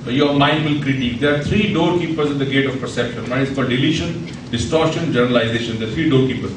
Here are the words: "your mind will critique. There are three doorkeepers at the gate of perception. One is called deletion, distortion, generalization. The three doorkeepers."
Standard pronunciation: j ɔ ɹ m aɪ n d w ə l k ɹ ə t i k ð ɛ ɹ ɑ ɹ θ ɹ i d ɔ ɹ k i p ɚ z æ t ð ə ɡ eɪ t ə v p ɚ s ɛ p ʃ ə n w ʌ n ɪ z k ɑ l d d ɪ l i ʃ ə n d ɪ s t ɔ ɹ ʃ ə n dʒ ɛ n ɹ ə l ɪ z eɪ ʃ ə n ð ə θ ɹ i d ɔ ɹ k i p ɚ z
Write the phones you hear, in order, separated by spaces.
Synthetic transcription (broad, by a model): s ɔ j m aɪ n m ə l k ɹ ə t i k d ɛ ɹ ɑ ɹ t ɹ i d ɔ ɹ k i p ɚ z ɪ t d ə ɡ eɪ t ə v p ɚ s ɛ p ʃ ə n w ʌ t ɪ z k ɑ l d d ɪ l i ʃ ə n d ɪ s t ɔ ɹ ʃ ə n dʒ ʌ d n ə l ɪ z eɪ ʃ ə n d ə t ɹ i d ɔ ɹ k i p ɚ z